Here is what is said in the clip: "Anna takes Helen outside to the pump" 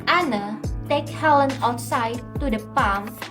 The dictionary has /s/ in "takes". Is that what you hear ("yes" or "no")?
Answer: no